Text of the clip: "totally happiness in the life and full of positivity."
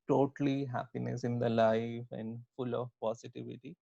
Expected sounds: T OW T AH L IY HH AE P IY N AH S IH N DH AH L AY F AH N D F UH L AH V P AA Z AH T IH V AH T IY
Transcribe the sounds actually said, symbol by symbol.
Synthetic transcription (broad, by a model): T OW T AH L IY HH AE P IY N AH S IH N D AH L AY F AH N D F UH L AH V P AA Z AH T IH V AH T IY